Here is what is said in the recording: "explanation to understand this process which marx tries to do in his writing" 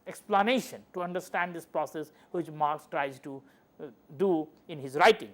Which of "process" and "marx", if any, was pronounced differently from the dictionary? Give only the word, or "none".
none